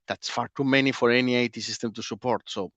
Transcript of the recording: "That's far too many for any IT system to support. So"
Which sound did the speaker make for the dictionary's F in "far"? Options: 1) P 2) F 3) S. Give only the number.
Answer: 2